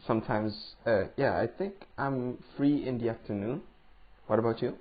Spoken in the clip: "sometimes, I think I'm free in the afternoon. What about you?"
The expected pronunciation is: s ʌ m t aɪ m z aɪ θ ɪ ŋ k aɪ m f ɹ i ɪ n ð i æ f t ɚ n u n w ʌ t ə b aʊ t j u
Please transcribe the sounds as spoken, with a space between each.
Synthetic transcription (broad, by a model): s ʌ m t aɪ m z aɪ θ ɪ ŋ k aɪ m f ɹ i ɪ n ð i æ f t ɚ n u n w ʌ t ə b aʊ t j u